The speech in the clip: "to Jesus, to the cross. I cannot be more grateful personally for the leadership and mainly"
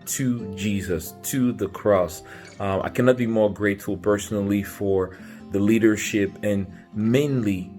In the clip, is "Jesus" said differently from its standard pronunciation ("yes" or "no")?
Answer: no